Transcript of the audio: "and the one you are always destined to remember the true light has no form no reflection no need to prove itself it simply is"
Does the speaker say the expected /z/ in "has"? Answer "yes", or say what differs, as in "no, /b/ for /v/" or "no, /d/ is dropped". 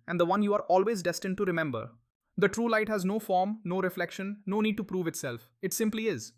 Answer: yes